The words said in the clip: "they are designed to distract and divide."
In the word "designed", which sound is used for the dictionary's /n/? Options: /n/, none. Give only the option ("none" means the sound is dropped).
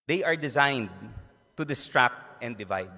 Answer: /n/